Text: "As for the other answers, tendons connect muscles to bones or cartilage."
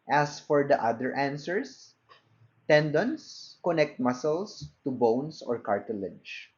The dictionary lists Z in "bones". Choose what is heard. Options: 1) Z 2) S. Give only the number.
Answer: 2